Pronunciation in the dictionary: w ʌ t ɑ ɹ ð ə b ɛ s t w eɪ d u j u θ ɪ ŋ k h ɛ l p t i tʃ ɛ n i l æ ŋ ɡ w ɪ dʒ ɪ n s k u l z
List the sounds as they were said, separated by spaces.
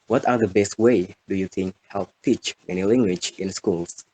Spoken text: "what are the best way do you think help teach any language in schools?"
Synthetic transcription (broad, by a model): w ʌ t ɑ ɹ ð ə b ɛ s t w eɪ d u j u θ ɪ ŋ k h ɛ l p t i tʃ ɛ n i l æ ŋ ɡ w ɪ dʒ ɪ n s k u l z